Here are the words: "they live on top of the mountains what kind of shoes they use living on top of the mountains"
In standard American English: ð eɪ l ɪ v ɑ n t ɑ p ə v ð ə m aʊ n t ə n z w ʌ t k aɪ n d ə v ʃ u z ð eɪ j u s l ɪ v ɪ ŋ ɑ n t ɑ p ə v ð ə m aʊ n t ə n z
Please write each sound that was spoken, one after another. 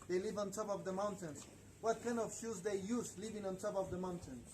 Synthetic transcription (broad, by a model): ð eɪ l ɪ v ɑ n t ɑ p ə v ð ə m aʊ n t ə n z w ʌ t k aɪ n ə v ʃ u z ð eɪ j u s l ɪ v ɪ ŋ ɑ n t ɑ p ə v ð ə m aʊ n t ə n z